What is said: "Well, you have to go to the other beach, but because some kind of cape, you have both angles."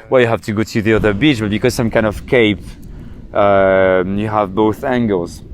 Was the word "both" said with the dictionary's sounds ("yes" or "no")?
yes